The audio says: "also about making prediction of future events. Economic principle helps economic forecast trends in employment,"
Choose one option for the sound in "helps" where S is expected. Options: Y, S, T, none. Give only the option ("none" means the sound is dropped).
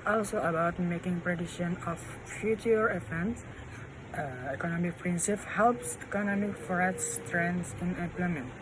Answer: S